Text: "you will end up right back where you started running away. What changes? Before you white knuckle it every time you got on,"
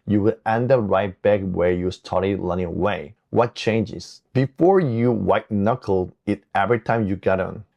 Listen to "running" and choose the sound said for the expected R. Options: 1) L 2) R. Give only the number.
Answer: 1